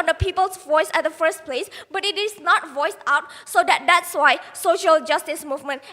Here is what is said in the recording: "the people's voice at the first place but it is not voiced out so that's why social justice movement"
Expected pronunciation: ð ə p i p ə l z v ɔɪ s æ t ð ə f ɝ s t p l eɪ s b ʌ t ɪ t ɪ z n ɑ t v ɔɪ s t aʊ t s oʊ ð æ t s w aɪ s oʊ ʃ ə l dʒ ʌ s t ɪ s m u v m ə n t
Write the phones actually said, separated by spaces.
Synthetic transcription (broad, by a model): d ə p i p ə l s v ɔɪ s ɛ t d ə f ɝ s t p l eɪ s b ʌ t ɪ t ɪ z n ɑ t v ɔɪ s t aʊ t s oʊ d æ t s w aɪ s oʊ ʃ ə l dʒ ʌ s t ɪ s m u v m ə n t